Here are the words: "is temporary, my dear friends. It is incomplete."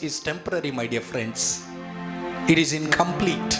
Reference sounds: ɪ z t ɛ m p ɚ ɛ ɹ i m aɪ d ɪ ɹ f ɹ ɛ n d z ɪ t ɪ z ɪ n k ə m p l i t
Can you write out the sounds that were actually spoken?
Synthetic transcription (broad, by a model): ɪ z t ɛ m p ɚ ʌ ɹ i m aɪ d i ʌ f ɹ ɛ n d s ɪ t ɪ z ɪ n k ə m p l i t